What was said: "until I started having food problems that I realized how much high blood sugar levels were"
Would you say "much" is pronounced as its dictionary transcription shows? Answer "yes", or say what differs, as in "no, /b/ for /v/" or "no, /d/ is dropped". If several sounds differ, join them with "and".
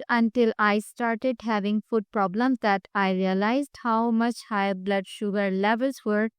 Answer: yes